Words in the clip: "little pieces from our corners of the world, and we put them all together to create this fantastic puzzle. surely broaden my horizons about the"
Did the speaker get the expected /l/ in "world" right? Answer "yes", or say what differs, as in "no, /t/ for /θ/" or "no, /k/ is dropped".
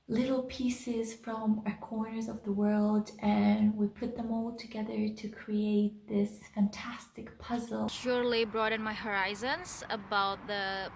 yes